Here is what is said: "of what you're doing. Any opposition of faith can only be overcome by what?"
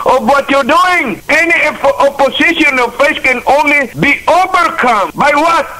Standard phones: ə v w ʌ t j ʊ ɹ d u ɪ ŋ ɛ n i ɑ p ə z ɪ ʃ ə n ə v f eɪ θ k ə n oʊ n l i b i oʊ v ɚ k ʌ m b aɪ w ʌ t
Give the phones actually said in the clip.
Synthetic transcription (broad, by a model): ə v w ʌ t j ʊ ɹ d u ɪ ŋ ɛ n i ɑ p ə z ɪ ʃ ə n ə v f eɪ s k ə n oʊ n l i b i oʊ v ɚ k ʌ m b aɪ w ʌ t